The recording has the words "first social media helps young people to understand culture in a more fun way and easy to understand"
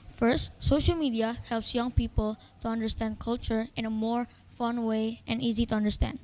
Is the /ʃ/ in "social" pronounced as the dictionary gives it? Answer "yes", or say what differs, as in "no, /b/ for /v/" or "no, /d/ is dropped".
yes